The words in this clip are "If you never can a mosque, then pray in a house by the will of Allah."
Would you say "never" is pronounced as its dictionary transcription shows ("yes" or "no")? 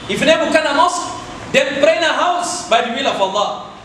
no